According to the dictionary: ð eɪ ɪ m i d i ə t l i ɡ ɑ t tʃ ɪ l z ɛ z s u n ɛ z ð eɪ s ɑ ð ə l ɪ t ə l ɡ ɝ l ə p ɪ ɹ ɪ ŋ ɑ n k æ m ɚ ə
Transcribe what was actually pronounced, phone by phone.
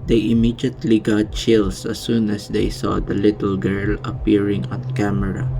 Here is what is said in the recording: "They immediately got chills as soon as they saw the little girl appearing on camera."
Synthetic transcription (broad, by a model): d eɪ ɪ m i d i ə t l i ɡ ɑ t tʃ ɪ l s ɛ s u n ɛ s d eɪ s ɑ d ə l ɪ t ə l ɡ ɝ l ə p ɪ ɹ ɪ ŋ ɑ n k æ m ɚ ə